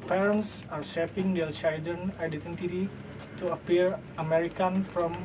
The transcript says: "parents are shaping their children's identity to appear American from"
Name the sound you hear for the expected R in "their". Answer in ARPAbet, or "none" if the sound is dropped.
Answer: L